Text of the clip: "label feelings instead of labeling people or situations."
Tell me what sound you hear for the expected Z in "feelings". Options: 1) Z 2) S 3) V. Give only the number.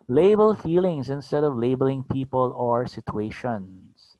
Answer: 2